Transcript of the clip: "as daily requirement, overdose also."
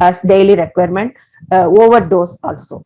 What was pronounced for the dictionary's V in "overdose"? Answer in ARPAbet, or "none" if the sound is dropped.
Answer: V